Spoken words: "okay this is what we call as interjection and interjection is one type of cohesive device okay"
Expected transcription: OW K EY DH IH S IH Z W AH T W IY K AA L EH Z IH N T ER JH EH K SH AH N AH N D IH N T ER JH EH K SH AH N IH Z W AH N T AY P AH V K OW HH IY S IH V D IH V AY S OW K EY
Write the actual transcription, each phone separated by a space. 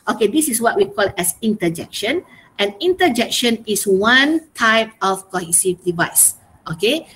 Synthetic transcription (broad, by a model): OW K EY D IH S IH S W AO T W IY K AA L EH S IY N T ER JH EH K SH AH N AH N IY N T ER JH EH K SH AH N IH S W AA N T AY P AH F K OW HH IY S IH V D IH V AY S OW K EY